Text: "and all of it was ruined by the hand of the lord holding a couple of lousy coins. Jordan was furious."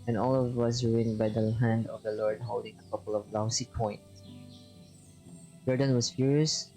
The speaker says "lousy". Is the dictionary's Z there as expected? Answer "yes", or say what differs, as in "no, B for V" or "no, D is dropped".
no, S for Z